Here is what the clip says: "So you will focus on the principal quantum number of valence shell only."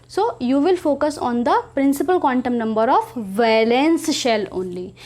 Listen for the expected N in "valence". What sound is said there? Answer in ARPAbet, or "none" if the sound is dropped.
N